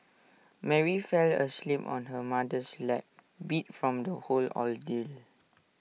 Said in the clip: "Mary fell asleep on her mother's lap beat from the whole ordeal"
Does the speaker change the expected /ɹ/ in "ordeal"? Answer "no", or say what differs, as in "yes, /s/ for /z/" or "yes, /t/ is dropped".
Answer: yes, /l/ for /ɹ/